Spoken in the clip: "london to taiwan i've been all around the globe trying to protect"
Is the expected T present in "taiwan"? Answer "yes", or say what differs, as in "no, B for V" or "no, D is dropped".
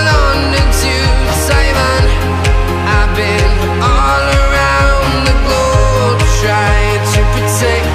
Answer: no, S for T